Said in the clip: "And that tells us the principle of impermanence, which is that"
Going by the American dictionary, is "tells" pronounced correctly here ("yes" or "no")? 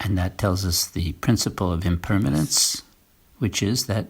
yes